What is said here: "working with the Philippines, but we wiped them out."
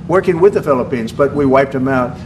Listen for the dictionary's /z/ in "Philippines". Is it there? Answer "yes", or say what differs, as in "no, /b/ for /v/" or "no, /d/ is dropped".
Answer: yes